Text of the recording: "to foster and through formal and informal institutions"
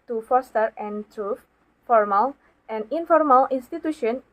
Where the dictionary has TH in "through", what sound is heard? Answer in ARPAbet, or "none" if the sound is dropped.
T